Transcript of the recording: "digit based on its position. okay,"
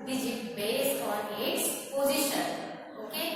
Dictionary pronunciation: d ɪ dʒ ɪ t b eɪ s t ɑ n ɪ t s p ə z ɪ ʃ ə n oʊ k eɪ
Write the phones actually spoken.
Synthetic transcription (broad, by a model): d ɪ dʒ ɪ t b eɪ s ɑ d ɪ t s p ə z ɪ ʃ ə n oʊ k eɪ